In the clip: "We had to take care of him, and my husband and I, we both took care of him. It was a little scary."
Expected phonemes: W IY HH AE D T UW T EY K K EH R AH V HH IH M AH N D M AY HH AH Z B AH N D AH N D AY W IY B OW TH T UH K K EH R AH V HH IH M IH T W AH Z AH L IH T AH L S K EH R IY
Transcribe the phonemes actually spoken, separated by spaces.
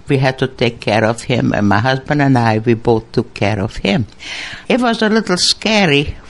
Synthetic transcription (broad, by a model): W IY HH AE D T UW T EY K K EH R AH V HH IH M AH N M AY HH AH Z B AH N D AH N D AY W IY B OW TH T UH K K EH R AH V HH IH M IH T W AH Z AH L IH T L S K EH R IY